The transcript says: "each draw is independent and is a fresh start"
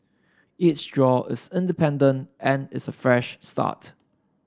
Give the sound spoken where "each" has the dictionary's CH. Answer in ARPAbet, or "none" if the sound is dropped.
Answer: S